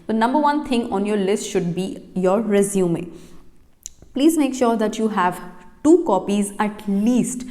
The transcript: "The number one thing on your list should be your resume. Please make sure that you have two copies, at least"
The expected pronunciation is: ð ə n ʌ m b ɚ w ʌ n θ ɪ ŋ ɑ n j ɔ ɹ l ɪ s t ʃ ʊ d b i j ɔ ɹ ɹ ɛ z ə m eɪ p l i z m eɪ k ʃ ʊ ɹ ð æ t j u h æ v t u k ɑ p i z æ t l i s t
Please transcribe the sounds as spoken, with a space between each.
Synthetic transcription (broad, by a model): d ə n ʌ m b ɚ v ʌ n t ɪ ŋ ɑ n j ɔ ɹ l ɪ s t ʃ ʊ d b i j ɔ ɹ ɹ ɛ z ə m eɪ p l i z m eɪ k ʃ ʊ ɹ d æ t j u h æ v t u k ɑ p i z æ t l i s t